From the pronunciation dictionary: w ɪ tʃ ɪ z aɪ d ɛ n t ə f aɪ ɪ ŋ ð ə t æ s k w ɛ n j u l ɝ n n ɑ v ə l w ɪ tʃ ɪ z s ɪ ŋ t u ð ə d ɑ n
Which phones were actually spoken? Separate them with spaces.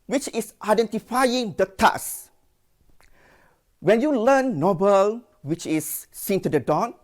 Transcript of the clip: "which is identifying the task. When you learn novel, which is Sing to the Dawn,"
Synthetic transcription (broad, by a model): w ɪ tʃ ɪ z aɪ d ɛ n t ə f aɪ ɪ ŋ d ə t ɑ s w ɛ n j u l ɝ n n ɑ b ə l w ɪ tʃ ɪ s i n t u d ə d ɑ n